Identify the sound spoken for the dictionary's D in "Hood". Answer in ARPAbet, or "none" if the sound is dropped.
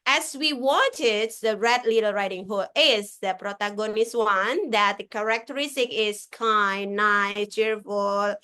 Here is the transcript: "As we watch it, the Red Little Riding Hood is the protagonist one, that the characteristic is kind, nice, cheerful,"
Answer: none